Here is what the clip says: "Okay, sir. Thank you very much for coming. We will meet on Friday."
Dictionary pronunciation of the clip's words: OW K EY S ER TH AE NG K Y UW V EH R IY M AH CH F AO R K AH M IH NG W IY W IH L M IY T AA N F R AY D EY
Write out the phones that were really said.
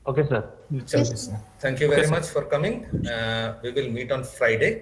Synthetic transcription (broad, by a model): OW K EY S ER T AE NG K Y UW V EH R IY M AH CH F AO R K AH M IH NG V IY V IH L M IY T AA N F R AY D EY